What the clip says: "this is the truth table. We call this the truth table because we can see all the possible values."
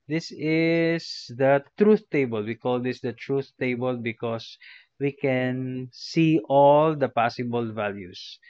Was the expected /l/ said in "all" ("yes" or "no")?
yes